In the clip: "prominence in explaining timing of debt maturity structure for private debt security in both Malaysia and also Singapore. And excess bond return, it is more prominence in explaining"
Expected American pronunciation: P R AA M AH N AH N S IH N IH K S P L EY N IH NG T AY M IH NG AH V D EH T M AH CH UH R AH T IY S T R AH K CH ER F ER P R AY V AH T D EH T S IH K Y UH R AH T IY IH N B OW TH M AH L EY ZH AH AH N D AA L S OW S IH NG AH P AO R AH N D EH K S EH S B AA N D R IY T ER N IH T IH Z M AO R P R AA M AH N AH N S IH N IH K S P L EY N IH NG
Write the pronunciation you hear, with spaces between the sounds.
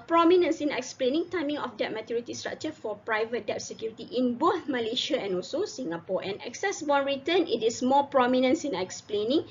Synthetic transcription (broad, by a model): P R AA M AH N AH N S IH N IH K S P L EY N IH NG T AY M IH NG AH F D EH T M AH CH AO R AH T IY S T R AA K CH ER F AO P R AY V AH T D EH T S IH K Y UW R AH T IY IH N B OW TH M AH L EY SH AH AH N AA L S OW S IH NG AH P AO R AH N EH K S EH S B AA N R IY T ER N IH T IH S M AO P R AA M AH N AH N S IH N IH K S P L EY N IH NG